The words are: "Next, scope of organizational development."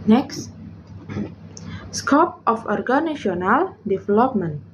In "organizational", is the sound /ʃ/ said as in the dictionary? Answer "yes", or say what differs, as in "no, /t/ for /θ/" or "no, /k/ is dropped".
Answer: no, /ʃ/ is dropped